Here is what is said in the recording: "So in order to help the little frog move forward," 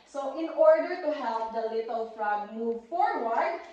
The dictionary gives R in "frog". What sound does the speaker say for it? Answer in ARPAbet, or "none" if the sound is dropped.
R